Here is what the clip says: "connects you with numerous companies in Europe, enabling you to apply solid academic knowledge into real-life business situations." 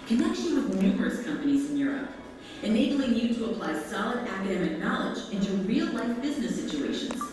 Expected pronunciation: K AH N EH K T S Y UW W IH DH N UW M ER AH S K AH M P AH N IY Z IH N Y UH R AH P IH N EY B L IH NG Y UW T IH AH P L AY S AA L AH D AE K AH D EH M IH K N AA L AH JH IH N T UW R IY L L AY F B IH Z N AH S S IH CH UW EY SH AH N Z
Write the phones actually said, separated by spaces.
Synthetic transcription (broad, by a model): K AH N EH K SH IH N W IH DH N UW M ER AH S K AH M P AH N IY Z IH N Y UH R AH P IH N EY B L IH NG Y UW T IH AH P L AY S AA L AH D AE K AH D EH M IH K N AA L AH JH IH N T UW R IY L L AY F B IH Z N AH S S IH CH UW EY SH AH N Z